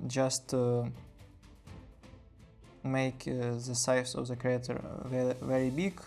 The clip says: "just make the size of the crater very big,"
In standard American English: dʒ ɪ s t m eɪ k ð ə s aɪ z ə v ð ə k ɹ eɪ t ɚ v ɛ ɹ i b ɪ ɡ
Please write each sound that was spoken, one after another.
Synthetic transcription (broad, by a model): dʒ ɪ s t m eɪ k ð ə s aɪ s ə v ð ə k ɹ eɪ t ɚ v ɛ ɹ i b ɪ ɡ